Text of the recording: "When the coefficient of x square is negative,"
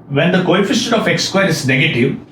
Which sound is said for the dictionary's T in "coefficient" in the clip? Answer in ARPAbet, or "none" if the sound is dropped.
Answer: none